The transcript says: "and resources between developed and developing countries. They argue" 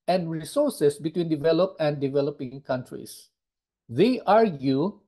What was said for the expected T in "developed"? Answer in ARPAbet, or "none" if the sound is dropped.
none